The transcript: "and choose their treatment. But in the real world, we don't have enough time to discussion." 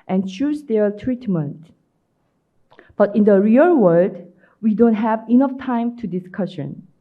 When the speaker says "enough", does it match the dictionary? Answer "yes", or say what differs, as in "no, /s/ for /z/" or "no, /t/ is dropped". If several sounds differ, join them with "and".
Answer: yes